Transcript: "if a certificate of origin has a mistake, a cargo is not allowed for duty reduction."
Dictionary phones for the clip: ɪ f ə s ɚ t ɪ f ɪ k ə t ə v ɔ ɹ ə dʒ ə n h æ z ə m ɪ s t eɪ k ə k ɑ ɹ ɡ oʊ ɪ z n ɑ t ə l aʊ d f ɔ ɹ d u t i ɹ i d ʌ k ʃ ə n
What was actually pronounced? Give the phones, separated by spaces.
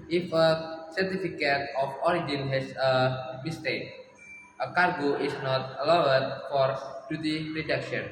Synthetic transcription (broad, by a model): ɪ f ə s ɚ t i f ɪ k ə t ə f ɔ ɹ ə dʒ ə n h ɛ s ə m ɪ s t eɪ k ə k ɑ ɹ ɡ oʊ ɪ s n ɑ t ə l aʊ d f ɔ ɹ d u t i ɹ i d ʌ k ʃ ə n